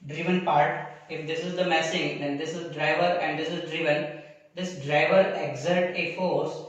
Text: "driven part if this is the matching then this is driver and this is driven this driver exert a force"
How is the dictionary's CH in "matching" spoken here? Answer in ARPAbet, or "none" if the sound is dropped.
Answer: S